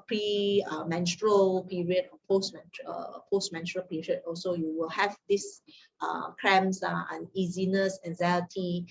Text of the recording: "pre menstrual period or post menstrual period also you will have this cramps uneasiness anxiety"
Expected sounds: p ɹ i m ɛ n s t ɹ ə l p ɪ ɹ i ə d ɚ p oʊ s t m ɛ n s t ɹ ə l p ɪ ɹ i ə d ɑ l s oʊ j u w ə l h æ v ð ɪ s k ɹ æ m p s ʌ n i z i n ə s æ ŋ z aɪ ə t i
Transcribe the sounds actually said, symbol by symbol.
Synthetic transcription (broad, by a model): p ɹ i m ɛ n s t ɹ ə l p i ɹ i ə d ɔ p oʊ s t m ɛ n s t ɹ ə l p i ɹ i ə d ɑ l s oʊ j u w ə l h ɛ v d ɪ s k ɹ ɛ m s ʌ n i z i n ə s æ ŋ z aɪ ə t i